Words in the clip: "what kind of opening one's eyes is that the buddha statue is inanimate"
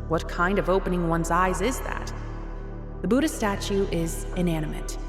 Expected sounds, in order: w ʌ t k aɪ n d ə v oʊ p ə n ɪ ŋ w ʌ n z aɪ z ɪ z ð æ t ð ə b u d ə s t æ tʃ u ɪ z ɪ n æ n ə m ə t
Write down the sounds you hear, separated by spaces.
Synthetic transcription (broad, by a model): w ʌ t k aɪ n d ə v oʊ p ə n ɪ ŋ w ʌ n z aɪ z ɪ z ð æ t ð ə b u d ə s t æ tʃ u ɪ z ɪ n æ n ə m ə t